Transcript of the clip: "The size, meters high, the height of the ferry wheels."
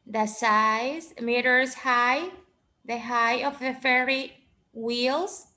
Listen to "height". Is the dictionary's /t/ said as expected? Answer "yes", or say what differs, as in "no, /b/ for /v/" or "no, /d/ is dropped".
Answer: no, /t/ is dropped